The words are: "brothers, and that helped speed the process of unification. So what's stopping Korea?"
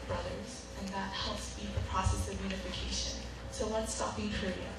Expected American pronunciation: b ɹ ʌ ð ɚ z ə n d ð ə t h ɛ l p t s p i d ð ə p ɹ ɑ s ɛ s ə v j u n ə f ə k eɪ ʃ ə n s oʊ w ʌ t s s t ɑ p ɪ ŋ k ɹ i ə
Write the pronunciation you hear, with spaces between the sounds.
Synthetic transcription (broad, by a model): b ɹ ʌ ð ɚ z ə n ð ə t h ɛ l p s i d ð ə p ɹ ɑ s ɛ s ə v j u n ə f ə k eɪ ʃ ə n s oʊ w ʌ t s s t ɑ p ɪ ŋ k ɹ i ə